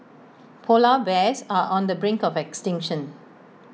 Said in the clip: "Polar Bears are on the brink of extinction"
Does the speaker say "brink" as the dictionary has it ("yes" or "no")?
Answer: yes